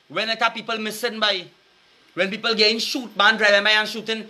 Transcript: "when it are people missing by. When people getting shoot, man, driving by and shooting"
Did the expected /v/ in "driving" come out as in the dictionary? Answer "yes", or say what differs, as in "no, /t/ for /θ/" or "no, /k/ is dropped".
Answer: no, /v/ is dropped